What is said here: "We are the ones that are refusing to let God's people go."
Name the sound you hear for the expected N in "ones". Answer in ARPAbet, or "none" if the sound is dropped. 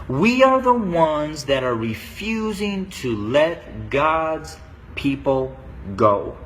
N